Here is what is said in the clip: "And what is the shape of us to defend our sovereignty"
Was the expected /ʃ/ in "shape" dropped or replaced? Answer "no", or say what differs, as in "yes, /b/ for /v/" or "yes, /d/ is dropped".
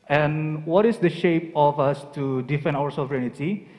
no